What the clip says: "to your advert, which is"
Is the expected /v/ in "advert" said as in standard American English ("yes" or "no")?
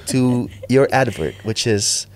yes